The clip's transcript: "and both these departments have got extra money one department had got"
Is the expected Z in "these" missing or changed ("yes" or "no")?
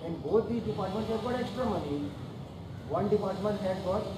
yes